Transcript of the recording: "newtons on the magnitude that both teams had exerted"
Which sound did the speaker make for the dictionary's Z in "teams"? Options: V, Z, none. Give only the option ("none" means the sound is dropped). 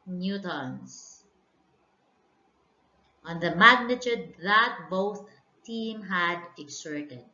none